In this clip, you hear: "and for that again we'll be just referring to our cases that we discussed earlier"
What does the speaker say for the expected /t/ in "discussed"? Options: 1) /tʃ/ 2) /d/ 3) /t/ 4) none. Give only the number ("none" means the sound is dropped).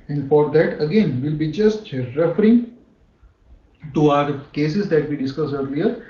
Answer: 4